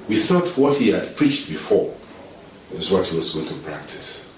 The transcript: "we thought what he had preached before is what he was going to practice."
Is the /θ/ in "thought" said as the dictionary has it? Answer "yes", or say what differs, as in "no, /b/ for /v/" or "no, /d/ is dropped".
yes